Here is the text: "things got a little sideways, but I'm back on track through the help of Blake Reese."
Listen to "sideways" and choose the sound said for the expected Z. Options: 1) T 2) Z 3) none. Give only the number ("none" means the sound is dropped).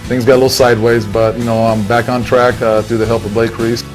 2